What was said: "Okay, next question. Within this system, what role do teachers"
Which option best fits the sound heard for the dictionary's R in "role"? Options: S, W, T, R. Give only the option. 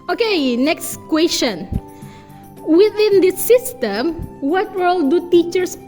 W